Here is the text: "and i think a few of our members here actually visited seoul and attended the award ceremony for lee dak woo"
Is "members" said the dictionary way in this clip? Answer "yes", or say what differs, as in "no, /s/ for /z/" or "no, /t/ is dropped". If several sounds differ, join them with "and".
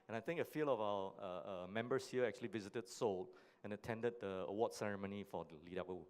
no, /s/ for /z/